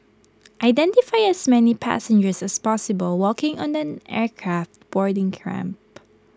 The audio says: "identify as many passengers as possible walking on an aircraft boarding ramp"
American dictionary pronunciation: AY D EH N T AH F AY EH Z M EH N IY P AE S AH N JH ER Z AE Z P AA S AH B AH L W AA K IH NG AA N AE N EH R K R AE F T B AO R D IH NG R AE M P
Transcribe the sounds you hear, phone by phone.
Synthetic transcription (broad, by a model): AY D EH N T AH F AY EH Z M EH N IY P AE S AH N JH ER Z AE S P AA S AH B AH L W AA K IH NG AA N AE N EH R K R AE F T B AO R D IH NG R AE M P